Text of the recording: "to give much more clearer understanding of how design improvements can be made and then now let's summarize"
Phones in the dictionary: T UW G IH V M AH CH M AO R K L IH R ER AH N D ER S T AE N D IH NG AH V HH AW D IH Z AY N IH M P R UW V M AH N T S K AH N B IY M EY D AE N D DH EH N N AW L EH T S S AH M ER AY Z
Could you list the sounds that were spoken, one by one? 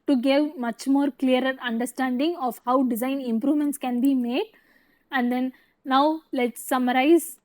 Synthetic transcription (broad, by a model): T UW G IH V M AH CH M AO R K L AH R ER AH N D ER S T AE N D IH NG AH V HH AW D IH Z AY N IH M P R UW V M AH N T S K AH N B IY M EY D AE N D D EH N N AW L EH T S S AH M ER AY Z